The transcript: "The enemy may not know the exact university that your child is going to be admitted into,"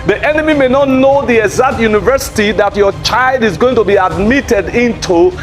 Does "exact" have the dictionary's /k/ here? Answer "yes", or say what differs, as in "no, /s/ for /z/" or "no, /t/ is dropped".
no, /k/ is dropped